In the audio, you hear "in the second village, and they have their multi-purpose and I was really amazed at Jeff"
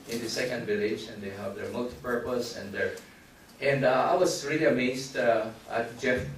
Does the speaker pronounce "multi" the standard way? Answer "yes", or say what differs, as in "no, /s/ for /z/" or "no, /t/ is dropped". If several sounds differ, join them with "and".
yes